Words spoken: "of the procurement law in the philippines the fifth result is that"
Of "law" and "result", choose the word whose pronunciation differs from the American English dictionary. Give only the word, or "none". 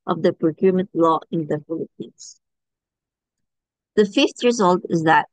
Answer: none